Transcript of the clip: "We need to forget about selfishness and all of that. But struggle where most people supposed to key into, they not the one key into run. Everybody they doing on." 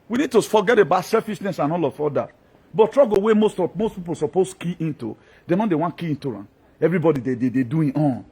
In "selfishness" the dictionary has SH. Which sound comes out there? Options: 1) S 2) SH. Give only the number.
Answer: 1